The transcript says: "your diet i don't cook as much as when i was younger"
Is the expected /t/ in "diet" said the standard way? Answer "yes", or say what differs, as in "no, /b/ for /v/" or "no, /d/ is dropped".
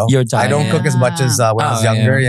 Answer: no, /t/ is dropped